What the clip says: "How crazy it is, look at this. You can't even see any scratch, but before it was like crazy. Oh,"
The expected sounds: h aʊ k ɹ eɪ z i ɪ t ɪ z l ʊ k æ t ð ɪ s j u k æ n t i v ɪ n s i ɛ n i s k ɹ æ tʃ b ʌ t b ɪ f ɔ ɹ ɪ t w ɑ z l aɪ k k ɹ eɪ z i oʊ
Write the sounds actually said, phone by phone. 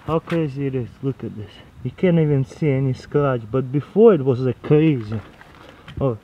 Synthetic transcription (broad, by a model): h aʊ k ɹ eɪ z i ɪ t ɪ s l ʊ k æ t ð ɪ s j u k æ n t i v ɪ n s i ɛ n i s k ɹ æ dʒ b ʌ t b ɪ f ɔ ɹ ɪ t w ɑ z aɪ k k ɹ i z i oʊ